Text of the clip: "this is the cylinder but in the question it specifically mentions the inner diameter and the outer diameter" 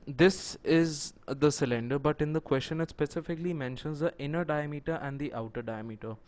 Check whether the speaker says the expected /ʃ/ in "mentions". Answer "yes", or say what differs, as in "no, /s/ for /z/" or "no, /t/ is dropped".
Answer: yes